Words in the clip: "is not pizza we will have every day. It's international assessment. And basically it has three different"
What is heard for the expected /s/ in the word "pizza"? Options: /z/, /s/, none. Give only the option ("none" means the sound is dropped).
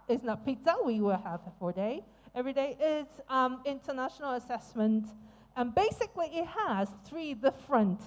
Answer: none